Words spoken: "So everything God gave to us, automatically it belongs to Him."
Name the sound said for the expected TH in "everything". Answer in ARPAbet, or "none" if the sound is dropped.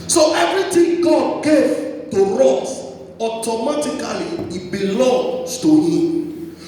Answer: T